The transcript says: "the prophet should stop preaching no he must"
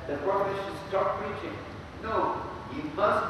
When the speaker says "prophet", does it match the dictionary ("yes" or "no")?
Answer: no